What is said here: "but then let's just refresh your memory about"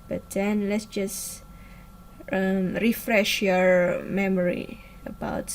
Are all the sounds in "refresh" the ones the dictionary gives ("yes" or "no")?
yes